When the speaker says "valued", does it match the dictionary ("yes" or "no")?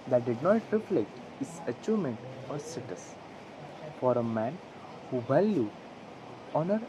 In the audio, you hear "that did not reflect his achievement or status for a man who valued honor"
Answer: no